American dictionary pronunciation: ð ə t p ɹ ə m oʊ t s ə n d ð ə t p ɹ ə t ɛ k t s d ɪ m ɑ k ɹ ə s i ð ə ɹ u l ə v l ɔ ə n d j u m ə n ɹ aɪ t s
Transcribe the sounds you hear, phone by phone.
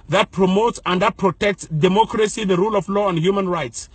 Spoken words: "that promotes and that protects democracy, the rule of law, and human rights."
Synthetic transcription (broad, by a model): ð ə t p ɹ ə m oʊ t s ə n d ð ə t p ɹ ə t ɛ k t s d ɪ m ɑ k ɹ ə s i ð ə ɹ u l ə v l ɔ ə n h j u m ə n ɹ aɪ t s